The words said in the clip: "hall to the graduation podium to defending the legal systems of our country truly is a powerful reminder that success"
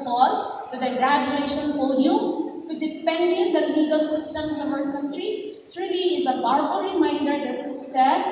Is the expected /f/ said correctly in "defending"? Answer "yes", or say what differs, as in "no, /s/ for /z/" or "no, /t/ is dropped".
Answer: no, /p/ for /f/